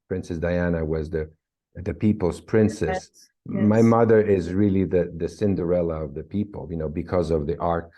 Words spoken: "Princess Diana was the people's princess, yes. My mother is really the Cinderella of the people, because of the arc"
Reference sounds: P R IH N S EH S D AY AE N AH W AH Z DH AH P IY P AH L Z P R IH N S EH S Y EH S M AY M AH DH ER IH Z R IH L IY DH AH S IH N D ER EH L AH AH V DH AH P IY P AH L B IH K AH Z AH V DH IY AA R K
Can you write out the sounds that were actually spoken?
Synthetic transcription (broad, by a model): P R IH N S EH S D AY AE N AH W AH Z DH AH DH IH P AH L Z P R IH N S S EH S M AY M AH DH ER IH Z R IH L IY DH AH S IH N D ER EH L AH AH V DH AH P IY P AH N B IH K AH Z AH V DH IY AA R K